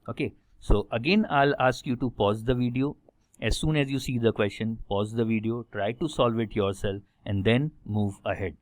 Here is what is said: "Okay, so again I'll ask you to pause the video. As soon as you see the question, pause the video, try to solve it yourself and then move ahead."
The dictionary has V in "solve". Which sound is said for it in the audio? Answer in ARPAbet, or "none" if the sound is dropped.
V